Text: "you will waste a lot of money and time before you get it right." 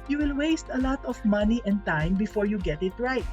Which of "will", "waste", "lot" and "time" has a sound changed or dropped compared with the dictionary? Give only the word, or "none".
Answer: none